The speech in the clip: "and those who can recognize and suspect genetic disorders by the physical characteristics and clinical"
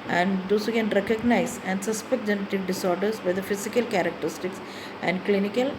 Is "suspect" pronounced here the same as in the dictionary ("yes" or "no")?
no